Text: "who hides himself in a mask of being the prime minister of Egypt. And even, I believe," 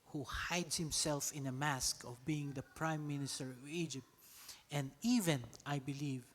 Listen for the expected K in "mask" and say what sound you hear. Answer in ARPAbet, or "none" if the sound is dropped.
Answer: K